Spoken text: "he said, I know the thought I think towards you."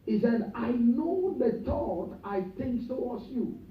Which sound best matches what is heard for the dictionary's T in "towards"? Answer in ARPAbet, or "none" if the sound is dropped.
S